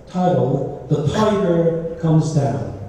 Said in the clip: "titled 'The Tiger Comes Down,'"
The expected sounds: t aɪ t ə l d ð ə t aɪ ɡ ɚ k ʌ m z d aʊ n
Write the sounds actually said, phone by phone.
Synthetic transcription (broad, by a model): t aɪ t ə l ð ə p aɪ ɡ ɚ k ʌ m z d aʊ n